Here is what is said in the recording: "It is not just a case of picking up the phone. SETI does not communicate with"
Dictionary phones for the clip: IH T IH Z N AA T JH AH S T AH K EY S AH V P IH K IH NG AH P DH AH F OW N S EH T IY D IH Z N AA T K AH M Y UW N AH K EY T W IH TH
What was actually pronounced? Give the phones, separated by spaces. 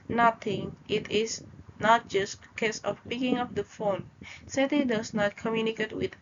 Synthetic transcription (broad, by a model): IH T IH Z N AA T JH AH S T AH K EY S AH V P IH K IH NG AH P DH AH F OW N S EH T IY D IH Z N AA T K AH M Y UW N AH K EY T W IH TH